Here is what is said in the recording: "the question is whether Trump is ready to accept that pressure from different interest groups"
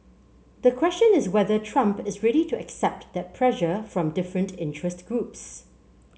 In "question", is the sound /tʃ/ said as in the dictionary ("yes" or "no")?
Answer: yes